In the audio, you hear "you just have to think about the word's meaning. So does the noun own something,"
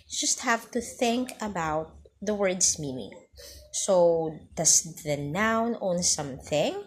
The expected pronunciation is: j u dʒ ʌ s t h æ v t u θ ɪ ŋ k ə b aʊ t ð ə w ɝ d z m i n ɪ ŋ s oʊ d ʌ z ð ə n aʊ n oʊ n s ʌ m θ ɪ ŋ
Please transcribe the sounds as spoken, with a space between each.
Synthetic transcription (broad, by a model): dʒ ʌ s t h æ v t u θ ɪ ŋ k ə b aʊ t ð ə w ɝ d s m i n ɪ ŋ s oʊ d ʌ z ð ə n aʊ n oʊ n s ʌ m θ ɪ ŋ